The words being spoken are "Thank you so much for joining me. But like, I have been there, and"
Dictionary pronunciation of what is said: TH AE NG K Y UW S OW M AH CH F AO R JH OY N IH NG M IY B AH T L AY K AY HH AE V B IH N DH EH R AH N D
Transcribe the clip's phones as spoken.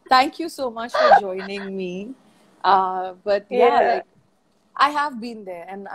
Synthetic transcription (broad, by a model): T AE NG K Y UW S OW M AH CH F AO R JH OY N IH NG M IY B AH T L AY K AY HH AE V B IH N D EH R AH N